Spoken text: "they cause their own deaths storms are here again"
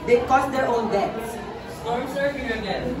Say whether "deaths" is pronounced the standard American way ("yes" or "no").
no